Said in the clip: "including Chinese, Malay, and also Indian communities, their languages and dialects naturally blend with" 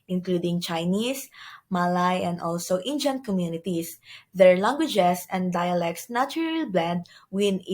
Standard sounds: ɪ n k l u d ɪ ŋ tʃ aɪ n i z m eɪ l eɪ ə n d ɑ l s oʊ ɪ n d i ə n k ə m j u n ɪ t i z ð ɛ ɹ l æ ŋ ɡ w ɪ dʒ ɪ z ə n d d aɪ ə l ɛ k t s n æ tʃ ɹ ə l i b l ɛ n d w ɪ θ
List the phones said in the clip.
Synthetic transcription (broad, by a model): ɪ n k l u d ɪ ŋ tʃ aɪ n i s m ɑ l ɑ ə n d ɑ l s oʊ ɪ n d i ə n k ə m j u n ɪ t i s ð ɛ ɹ l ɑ ŋ ɡ w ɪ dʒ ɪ s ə n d d aɪ ə l ɛ k t s n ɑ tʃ ɹ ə l b l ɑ d w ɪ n